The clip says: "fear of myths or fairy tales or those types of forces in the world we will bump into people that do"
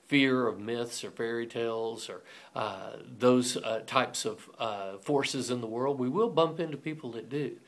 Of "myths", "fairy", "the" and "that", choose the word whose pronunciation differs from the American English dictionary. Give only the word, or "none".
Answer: none